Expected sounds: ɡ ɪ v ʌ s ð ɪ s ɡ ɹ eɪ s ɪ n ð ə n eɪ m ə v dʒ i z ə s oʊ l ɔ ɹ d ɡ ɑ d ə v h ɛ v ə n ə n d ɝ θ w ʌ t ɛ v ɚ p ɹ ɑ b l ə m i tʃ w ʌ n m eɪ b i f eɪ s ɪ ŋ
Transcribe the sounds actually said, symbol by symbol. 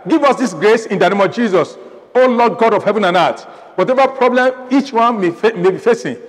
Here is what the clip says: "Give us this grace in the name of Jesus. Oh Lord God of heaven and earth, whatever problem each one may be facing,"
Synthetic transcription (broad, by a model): ɡ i v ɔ s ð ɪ s ɡ ɹ eɪ s ɪ n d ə n eɪ m ə v dʒ i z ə s oʊ l ɔ d ɡ ɑ d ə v h ɛ v ə n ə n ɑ t w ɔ t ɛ v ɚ p ɹ ɑ b l ə m i tʃ w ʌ n m eɪ b i f eɪ s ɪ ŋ